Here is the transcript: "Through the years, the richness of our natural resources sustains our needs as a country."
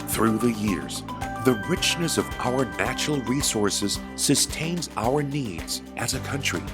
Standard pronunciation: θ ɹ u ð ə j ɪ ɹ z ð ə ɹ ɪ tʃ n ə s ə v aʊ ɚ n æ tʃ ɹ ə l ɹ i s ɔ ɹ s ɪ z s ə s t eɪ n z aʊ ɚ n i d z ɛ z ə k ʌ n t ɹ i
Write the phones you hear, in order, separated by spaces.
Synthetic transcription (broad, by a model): θ ɹ u ð ə j ɪ ɹ z ð ə ɹ ɪ tʃ n ə s ə v aʊ ɚ n æ tʃ ɹ l ɹ i s ɔ ɹ s ɪ z s ə s t eɪ n z aʊ ɚ n i d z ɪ z ə k ʌ n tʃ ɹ i